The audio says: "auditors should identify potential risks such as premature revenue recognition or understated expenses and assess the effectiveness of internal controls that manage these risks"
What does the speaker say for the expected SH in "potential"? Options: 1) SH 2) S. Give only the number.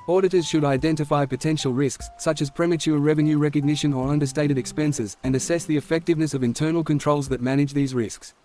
1